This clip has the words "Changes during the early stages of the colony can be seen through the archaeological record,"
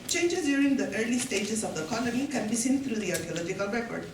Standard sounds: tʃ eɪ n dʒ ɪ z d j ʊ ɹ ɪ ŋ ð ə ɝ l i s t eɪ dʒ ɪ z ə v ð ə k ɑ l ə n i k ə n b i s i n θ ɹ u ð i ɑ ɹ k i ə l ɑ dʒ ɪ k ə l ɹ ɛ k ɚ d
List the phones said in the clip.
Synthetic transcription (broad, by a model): tʃ eɪ n dʒ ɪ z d j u ɹ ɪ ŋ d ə ɝ l i s t eɪ dʒ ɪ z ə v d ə k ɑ l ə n i k ə n b i s i n t ɹ u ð i ɑ ɹ k i ə l ɑ dʒ ɪ k ə l ɹ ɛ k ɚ d